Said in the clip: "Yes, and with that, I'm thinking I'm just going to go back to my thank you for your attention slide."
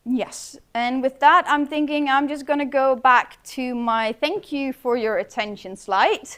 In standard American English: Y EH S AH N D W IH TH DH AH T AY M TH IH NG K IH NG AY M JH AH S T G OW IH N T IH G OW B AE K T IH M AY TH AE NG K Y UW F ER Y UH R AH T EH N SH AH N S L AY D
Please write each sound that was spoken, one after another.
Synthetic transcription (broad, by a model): Y EH S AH N W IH DH AH T AY M TH IH NG K IH NG AY M JH AH S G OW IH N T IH G OW B AE K T IH M AY TH AE NG K Y UW F ER Y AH R AH T EH N SH AH N S L AY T